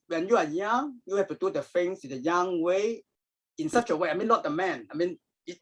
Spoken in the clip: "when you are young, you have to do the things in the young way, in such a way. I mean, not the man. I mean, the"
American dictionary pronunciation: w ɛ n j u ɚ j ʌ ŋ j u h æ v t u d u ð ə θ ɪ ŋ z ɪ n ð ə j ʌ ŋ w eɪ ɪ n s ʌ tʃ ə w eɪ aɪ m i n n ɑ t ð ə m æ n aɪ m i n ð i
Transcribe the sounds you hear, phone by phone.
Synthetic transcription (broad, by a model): w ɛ n j u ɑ j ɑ ŋ j u h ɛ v t u d u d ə f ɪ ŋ s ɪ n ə j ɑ ŋ w eɪ ɪ n s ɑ tʃ ə w eɪ aɪ m i n l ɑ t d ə m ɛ n aɪ m i n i